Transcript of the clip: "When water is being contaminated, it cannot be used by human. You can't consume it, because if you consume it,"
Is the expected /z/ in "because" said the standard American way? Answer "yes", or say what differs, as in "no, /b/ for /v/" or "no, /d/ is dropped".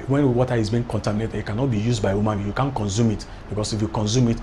no, /s/ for /z/